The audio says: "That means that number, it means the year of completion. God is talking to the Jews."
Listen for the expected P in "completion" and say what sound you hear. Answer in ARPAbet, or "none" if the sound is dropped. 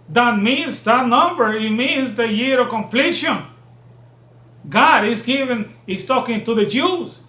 F